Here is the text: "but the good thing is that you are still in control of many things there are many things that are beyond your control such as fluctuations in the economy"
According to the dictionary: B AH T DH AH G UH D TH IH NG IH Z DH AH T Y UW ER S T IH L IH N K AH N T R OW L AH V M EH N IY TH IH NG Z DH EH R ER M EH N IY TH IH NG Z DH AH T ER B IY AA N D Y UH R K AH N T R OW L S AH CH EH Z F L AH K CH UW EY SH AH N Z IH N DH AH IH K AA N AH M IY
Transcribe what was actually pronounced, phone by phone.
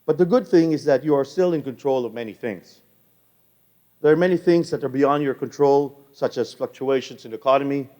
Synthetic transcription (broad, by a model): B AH T DH AH G UH D TH IH NG IH Z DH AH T Y UW ER S T IH L IH N K AH N T R OW L AH V M EH N IY TH IH NG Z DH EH R M EH N IY TH IH NG Z DH AH T ER B IY AA N D Y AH R K AH N T R OW L S AH CH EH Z F L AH K CH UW EY SH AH N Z IH N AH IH K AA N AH M IY